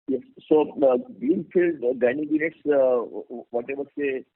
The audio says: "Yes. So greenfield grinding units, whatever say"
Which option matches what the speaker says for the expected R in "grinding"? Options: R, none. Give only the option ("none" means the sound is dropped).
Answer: none